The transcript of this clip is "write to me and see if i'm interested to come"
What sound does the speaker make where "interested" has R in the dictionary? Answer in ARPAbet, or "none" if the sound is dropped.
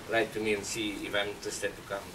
none